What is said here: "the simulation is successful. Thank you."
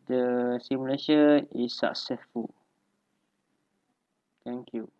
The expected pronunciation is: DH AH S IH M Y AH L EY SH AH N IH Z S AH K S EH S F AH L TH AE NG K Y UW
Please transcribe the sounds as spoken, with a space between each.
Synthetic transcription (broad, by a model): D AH S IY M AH L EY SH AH IH S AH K S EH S F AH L T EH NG K Y UW